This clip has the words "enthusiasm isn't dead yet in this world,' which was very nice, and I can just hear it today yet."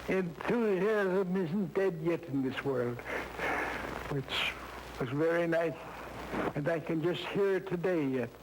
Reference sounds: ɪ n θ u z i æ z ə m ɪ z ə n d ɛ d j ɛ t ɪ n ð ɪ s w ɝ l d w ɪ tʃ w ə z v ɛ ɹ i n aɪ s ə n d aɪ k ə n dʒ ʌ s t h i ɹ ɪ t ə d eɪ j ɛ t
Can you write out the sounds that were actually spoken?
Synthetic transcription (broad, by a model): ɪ n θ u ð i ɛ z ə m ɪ z n d ɛ d j ɛ t ɪ n ð ɪ s w ɝ l d w ɪ tʃ w ə z v ɛ ɹ i n aɪ s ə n aɪ k ə n dʒ ʌ s t h i ɹ ɪ t ə d eɪ j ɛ t